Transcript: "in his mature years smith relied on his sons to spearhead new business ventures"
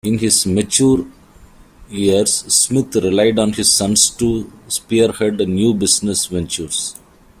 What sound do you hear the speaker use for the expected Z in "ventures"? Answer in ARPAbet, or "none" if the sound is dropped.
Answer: S